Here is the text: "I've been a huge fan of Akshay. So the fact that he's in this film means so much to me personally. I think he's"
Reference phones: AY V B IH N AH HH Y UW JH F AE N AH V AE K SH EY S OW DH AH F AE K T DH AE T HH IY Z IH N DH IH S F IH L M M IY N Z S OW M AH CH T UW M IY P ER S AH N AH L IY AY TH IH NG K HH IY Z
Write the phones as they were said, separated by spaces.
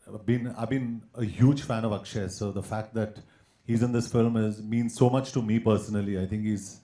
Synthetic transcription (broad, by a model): AY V B IH N AH HH Y UW JH F AE N AH V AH K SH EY S OW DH AH F AE K T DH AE T HH IY Z IH N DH IH S F IH L M M IY N Z S OW M AH CH T UW M IY P ER S AH N AH L IY AY T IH NG K HH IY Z